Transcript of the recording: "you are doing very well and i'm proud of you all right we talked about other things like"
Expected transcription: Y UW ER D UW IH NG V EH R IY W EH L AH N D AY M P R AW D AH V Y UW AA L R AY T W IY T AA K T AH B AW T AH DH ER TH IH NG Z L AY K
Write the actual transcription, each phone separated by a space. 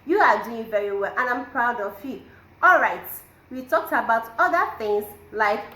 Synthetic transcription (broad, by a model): Y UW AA D UW IH NG V EH R IY W EH L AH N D AY M P R AW D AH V Y UW AA L R AY T W IY T AA K T AH B AW T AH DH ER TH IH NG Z L AY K